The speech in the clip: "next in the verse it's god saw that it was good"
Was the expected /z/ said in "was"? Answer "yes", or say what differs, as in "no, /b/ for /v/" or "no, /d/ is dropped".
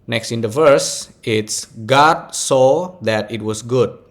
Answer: no, /s/ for /z/